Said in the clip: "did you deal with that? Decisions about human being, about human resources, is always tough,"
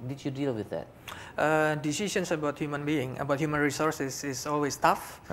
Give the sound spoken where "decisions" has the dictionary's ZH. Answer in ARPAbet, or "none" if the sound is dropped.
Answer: S